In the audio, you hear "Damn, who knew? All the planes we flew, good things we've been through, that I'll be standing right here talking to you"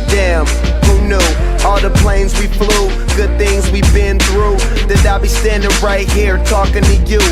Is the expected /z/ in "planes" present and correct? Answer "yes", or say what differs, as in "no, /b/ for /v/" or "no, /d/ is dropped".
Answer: yes